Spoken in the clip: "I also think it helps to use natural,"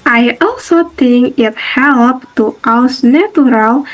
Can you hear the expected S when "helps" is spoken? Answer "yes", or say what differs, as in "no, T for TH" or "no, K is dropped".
no, S is dropped